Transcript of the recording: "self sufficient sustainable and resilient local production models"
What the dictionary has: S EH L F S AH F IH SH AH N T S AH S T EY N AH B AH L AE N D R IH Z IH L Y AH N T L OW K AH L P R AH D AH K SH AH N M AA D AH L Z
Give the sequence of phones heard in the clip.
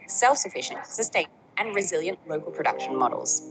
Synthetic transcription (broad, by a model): S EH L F S AH F IH SH AH N T S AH S T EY AH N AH N R IH Z IH L Y AH N T L OW K AH L P R AH D AH K SH AH N M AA D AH L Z